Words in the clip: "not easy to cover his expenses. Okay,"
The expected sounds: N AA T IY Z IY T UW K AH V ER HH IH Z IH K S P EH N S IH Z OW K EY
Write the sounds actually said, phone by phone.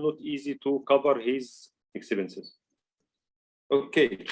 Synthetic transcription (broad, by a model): N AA T IY Z IY T UW K AH V ER HH IH Z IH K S B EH N S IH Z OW K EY